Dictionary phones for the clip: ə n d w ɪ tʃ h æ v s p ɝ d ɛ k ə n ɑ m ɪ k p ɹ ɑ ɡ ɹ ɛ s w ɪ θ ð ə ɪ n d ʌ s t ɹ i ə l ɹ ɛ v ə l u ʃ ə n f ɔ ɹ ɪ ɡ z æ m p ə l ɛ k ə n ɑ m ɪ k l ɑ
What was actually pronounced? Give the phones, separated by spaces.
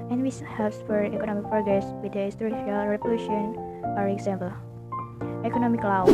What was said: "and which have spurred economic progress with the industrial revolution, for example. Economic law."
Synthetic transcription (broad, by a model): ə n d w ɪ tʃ h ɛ p s f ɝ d ɛ k ə n ɑ m ɪ k p ɹ ɑ ɡ ɹ ɛ s w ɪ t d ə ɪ s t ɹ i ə l ɹ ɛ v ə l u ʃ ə n f ɔ ɹ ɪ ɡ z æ m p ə l ɛ k ə n ɑ m ɪ k l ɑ